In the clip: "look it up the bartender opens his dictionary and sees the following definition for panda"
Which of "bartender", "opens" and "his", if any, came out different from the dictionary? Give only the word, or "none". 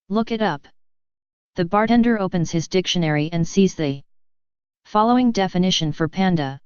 none